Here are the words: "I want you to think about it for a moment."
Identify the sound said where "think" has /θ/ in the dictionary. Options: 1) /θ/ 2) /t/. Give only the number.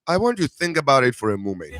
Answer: 1